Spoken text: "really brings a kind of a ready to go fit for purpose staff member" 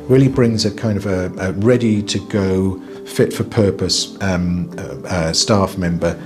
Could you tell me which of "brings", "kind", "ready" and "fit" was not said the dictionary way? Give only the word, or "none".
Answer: none